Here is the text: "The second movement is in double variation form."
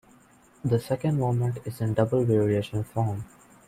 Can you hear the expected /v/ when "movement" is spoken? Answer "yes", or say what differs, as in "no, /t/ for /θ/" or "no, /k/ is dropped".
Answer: no, /v/ is dropped